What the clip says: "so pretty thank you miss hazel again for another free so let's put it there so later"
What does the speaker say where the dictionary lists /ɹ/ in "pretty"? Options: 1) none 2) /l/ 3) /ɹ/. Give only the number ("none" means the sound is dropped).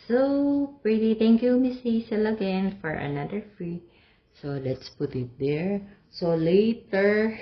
3